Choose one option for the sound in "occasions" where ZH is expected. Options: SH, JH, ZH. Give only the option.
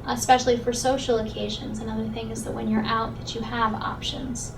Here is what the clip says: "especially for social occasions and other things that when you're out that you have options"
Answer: ZH